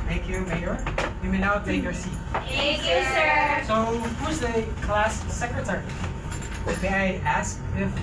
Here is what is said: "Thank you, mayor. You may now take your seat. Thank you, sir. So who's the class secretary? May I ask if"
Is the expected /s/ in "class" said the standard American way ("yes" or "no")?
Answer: yes